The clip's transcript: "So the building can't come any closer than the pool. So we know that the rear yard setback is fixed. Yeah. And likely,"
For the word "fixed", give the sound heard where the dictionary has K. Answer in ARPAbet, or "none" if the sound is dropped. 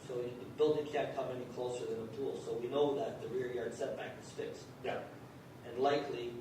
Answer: K